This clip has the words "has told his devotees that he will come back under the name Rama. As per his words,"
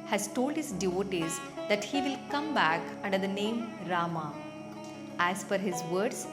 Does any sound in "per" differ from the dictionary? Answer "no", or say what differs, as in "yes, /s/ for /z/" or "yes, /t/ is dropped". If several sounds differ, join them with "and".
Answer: yes, /f/ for /p/